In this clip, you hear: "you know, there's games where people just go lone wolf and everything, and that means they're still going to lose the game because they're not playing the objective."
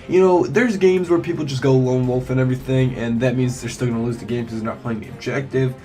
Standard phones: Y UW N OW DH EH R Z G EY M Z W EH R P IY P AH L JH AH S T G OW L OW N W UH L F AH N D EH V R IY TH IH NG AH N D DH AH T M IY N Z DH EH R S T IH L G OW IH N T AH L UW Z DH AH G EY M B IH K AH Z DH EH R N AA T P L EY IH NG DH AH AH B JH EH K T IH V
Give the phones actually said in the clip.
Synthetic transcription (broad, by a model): Y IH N OW DH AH R Z G EY M Z W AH R P IY P L JH AH S G OW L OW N W UH L F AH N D EH V R IY TH IH NG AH N DH AH T M IY N Z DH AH R S T IH L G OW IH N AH L UW Z DH AH G EY M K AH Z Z N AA T P L EY IH NG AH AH B JH EH K T IH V